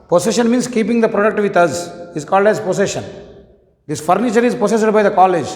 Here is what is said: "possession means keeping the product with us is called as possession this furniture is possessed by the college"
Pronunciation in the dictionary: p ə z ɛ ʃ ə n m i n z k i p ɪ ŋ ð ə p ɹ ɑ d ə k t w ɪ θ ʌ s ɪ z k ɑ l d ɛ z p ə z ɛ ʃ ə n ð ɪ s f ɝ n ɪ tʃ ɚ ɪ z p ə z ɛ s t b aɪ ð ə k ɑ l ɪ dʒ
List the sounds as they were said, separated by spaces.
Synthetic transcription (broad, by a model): p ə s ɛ ʃ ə n m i n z k i p ɪ ŋ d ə p ɹ ɑ d ə k t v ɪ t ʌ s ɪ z k ɑ l d ɛ z p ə s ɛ ʃ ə n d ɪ s f ɝ n ɪ tʃ ɚ ɪ z p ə s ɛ s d b aɪ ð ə k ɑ l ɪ dʒ